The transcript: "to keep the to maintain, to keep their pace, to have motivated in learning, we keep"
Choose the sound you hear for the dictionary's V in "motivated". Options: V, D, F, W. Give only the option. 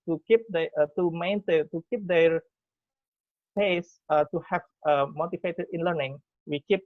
F